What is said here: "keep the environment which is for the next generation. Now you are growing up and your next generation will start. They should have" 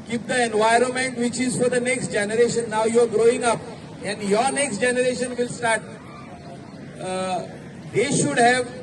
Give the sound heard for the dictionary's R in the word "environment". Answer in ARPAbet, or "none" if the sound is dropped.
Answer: R